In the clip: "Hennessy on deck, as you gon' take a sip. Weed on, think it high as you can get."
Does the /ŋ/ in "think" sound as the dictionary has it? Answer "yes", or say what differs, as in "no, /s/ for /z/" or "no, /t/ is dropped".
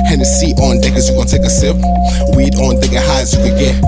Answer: no, /ŋ/ is dropped